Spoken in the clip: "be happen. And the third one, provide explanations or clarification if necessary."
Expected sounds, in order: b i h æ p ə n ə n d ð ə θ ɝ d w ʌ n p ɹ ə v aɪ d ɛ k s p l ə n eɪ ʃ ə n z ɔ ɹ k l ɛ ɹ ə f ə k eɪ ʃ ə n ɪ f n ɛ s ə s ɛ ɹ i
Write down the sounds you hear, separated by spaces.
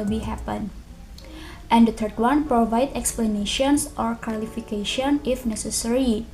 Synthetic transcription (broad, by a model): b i h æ p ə n ə n d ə t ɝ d w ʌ n p ɹ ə v aɪ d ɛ k s p l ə n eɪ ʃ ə n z ɔ ɹ k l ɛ l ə f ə k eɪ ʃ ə n ɪ f n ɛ s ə s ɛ ɹ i